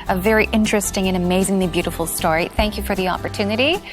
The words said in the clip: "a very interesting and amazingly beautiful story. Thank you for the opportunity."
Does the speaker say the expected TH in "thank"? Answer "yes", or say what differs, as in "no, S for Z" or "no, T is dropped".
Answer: yes